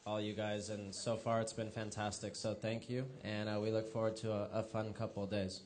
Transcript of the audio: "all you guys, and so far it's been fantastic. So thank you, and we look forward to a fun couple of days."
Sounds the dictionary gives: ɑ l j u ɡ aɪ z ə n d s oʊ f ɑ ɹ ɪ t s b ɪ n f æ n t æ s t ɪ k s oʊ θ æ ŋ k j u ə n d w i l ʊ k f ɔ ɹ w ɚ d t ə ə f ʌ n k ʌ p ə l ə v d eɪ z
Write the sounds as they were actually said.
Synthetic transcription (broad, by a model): ɑ l j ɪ ɡ aɪ z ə n s oʊ f ɑ ɹ ɪ t s b ɪ n f æ n t æ s t ɪ k s oʊ θ æ ŋ k j u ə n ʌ w i l ʊ k f ɔ ɹ w ɚ d t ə ə f ʌ n k ʌ p l d eɪ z